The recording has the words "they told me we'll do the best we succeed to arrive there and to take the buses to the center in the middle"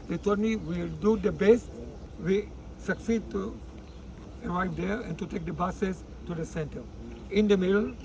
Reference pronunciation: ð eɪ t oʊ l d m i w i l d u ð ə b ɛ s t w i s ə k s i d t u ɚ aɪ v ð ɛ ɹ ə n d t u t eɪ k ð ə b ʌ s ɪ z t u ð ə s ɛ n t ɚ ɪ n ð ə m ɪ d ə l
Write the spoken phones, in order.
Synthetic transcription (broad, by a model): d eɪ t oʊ d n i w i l d u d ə b ɛ s t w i s ə k s i d t u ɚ aɪ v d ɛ ɹ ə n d t u t eɪ k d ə b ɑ s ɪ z t u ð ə s ɛ n t ɚ ɪ n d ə m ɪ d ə l